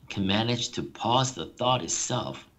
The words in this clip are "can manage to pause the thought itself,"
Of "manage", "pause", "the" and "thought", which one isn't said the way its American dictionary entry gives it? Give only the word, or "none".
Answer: none